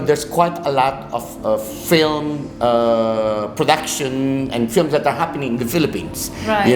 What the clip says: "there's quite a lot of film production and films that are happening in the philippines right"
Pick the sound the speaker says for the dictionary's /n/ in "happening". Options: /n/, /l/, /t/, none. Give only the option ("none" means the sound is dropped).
/n/